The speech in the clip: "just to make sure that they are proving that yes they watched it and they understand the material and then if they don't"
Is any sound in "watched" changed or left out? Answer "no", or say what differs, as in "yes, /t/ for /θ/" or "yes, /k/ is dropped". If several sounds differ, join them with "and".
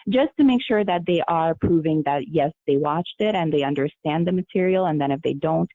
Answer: no